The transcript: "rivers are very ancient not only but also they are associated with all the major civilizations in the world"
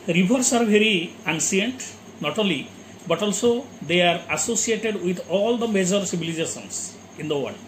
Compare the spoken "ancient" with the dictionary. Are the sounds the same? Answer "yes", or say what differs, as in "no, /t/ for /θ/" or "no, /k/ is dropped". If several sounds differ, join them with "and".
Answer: no, /s/ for /ʃ/